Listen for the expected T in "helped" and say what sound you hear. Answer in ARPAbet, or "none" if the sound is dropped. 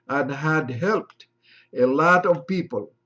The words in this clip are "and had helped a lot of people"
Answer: T